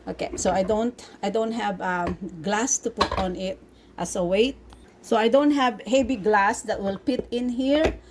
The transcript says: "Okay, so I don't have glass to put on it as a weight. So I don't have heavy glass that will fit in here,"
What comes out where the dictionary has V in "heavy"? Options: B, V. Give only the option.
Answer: B